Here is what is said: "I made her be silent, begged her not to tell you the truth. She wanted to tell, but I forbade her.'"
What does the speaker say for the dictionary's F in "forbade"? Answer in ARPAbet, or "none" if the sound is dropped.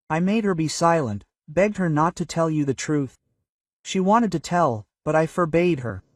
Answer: F